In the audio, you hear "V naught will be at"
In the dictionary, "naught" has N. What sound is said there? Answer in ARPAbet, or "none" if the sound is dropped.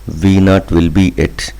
N